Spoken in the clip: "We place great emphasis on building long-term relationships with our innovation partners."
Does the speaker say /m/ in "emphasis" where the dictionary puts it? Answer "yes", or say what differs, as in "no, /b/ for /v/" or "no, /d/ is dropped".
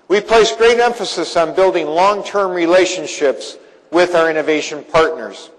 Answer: yes